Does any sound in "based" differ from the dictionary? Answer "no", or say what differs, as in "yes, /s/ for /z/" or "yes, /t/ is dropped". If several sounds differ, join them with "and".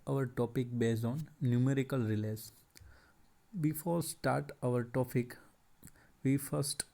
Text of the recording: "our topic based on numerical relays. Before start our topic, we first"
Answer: yes, /t/ is dropped